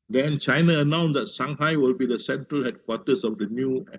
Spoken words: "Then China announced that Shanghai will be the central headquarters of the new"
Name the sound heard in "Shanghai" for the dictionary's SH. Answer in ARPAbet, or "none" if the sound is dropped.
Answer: S